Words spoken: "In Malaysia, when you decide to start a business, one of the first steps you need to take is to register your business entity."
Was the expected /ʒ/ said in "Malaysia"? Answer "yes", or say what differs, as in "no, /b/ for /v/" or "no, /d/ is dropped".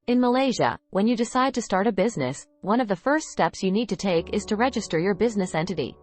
yes